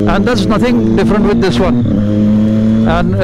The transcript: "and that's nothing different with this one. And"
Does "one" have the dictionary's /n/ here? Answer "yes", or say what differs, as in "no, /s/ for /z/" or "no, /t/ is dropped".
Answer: yes